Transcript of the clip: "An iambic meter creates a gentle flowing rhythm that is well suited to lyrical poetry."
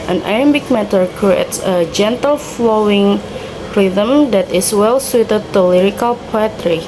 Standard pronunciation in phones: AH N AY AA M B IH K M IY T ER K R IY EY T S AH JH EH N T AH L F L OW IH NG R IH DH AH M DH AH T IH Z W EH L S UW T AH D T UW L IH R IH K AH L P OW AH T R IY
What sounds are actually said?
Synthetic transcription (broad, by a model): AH N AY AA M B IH K M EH T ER K R IY EY T S AH JH EH N T AH L F L OW IH NG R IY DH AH M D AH T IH S W EH L S UW T AH D T UW L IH R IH K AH L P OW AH T R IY